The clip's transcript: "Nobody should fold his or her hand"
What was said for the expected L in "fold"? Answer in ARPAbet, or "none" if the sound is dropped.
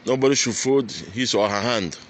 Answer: none